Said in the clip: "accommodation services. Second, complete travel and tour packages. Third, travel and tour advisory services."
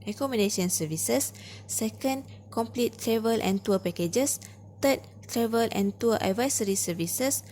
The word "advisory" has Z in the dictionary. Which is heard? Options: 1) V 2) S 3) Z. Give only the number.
2